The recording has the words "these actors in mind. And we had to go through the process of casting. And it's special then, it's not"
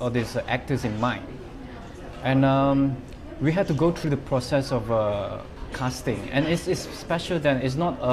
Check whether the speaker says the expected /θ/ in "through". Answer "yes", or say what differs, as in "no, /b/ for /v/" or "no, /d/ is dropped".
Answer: no, /t/ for /θ/